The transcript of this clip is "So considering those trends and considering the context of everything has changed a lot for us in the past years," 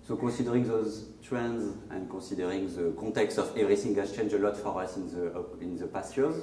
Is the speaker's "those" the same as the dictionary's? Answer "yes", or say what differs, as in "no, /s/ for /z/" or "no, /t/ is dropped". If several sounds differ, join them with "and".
yes